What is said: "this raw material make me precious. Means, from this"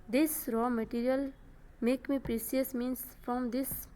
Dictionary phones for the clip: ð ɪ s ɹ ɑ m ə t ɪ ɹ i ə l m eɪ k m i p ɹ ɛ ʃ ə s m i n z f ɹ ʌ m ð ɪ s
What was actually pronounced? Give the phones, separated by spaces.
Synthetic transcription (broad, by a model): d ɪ s ɹ ɑ m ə t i ɹ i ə l m eɪ k m i p ɹ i s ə s m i n s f ɹ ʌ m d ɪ s